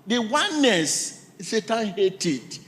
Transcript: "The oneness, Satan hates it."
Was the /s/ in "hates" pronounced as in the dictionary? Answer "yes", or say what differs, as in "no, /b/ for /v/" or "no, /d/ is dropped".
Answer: no, /s/ is dropped